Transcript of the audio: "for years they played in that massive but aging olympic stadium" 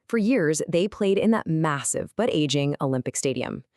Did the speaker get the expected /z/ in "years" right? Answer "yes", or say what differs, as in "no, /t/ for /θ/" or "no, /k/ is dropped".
yes